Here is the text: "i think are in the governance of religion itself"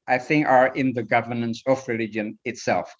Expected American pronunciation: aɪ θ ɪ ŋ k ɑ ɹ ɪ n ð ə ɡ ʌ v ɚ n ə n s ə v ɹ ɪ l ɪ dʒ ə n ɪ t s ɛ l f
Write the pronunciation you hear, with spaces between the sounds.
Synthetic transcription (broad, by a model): aɪ θ ɪ ŋ k ɑ ɹ ɪ n ð ə ɡ ʌ v ɚ n ə n s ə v ɹ ɪ l ɪ dʒ ə n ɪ t s ɛ l f